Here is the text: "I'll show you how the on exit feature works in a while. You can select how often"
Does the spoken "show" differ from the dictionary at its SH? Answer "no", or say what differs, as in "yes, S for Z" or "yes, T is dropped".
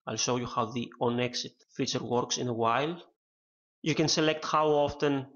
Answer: yes, S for SH